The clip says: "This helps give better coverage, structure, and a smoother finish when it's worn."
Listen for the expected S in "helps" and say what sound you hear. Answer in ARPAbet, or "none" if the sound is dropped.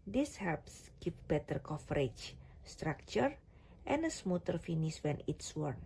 S